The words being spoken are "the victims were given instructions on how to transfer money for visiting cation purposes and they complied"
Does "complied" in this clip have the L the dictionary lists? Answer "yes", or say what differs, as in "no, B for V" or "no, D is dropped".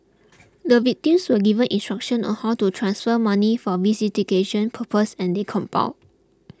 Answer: no, L is dropped